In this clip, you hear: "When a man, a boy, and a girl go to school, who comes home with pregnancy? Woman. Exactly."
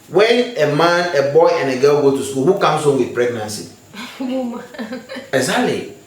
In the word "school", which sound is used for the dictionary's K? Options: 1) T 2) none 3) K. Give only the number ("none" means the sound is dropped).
2